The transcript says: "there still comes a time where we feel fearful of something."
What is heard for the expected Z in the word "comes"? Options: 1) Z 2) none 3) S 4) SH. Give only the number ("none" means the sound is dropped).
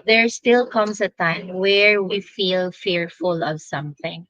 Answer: 3